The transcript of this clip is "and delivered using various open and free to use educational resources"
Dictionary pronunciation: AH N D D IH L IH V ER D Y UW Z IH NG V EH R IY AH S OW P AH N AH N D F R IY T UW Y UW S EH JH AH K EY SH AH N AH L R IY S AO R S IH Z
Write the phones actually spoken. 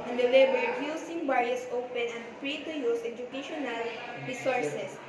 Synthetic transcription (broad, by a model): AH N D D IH L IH B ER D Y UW S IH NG B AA R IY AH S OW P AH N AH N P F R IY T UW Y UW S EH JH AH K EY SH AH N AH L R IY S AO R S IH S